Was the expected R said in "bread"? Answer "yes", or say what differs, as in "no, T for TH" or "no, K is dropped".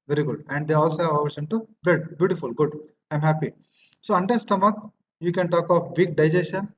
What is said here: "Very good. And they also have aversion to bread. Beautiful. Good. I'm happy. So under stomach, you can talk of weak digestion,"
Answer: no, R is dropped